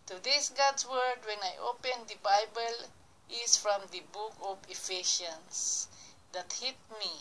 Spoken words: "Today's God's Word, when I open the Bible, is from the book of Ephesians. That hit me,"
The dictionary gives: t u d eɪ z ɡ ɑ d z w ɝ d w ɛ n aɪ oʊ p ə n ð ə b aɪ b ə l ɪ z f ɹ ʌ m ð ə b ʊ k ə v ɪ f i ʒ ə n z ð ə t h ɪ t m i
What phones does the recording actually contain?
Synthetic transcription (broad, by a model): t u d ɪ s ɡ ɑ d s w ɝ d w ɛ n aɪ oʊ p ə n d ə b aɪ b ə l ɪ s f ɹ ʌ m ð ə b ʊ k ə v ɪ f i ʃ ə n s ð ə t h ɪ t m i